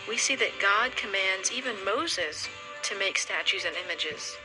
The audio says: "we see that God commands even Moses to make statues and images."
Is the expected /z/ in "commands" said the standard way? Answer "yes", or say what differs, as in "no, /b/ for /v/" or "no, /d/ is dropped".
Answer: yes